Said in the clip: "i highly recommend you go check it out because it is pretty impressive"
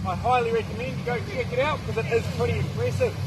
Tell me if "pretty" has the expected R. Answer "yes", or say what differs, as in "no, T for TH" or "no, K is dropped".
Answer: no, R is dropped